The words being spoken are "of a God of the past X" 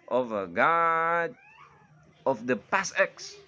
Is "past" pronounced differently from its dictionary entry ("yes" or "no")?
yes